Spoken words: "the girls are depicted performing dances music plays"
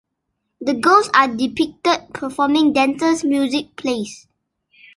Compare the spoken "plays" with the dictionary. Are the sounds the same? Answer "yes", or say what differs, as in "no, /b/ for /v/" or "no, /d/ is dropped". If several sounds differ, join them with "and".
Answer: no, /s/ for /z/